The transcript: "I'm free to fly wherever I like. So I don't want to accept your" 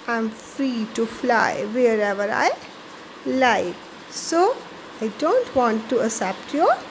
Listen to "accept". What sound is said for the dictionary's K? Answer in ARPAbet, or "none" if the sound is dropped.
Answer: none